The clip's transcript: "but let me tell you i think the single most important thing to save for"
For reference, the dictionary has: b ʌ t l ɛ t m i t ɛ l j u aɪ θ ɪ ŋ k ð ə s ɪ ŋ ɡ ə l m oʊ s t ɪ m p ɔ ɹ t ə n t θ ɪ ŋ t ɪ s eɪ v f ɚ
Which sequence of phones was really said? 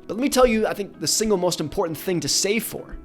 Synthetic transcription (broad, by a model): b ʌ t l ɛ t m i t ɛ l j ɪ aɪ θ ɪ ŋ k ð ə s ɪ ŋ ɡ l m oʊ s t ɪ m p ɔ ɹ t n θ ɪ ŋ t ɪ s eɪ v f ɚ